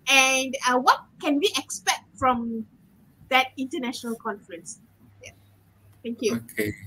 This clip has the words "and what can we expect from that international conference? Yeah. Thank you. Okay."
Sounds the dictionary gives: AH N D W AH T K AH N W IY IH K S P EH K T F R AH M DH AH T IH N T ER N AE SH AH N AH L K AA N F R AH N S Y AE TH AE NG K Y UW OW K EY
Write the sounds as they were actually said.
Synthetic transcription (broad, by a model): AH N D W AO T K AH N W IY IH K S P EH K T F R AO M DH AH T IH N T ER N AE SH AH N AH L K AA N F R AH N S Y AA T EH NG K Y UW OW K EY